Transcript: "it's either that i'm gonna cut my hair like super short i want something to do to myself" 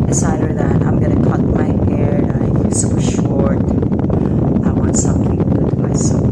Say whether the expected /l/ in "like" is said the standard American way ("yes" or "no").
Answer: no